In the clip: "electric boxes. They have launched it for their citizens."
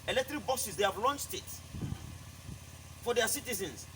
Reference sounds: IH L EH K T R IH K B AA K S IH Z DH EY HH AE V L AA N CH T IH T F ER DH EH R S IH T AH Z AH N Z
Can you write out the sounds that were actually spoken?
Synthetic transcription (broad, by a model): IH L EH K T R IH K B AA S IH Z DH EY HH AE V L AA N CH T IH T F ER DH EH S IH T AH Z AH N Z